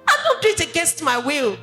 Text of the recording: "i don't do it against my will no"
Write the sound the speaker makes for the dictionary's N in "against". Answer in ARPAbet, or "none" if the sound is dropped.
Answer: none